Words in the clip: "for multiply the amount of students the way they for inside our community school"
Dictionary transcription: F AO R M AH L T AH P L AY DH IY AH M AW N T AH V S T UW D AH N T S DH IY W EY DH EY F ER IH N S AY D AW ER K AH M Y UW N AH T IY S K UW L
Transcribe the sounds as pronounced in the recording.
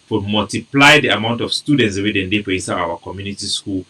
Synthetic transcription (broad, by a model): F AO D M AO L T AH P L AY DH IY AH M AW N T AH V S T UW D AH N T S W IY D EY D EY P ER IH S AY AW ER K AH M Y UW N AH T IY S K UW L